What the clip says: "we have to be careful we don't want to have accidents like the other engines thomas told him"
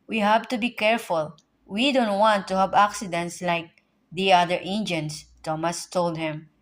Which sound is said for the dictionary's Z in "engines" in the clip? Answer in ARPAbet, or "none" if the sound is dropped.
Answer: S